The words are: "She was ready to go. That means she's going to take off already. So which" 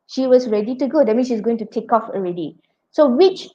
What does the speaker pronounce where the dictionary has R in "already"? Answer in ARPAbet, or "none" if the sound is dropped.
R